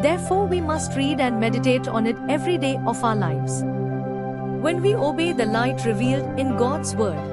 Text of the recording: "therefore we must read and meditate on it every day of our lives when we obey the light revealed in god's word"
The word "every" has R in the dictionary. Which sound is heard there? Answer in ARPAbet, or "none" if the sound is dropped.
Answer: R